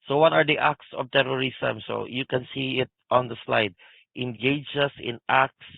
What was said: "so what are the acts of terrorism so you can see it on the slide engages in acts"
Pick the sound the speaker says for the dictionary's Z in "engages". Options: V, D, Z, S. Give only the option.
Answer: S